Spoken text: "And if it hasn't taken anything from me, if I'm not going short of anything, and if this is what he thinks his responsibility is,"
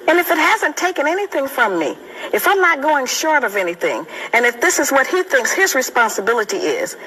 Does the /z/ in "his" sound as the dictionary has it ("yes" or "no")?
yes